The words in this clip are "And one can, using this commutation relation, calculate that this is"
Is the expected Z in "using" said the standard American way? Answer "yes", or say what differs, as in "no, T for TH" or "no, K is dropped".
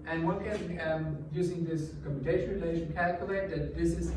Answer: yes